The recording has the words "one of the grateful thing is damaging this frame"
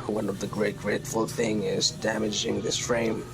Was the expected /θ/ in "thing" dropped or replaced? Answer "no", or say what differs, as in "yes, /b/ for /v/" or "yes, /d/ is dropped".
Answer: no